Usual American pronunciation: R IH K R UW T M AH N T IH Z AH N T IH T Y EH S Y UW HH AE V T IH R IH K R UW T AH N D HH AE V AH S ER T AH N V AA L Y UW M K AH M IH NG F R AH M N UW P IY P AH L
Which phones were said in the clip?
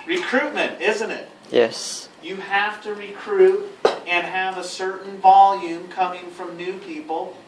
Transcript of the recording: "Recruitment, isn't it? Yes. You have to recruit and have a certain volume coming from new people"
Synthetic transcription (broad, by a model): R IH K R UW T M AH N T IH Z AH N T IH T Y EH S Y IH HH AE F T IH R IH K R UW T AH N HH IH V AH S ER T N V AA L Y UW M K AH M IH NG F R AH M N UW P IY P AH L